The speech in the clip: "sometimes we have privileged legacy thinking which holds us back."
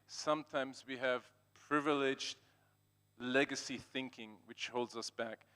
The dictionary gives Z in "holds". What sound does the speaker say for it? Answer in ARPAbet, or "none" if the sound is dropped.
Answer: Z